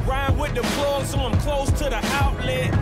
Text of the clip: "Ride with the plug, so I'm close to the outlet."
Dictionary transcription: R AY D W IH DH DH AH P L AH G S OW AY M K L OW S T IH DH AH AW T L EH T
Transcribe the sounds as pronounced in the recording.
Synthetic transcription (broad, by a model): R AY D W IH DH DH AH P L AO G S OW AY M K L OW S T IH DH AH AW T L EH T